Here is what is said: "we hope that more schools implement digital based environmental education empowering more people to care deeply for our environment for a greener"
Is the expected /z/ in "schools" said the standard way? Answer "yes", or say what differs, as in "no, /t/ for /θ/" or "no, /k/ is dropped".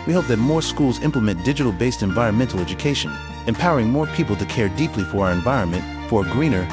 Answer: yes